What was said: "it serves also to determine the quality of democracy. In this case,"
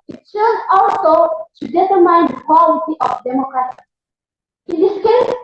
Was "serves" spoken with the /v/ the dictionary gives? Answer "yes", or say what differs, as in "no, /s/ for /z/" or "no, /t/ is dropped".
no, /v/ is dropped